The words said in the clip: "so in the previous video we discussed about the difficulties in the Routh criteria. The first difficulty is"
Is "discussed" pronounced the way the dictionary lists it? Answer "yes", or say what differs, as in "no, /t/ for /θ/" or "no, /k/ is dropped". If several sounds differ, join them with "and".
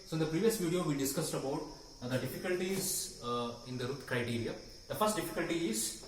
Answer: yes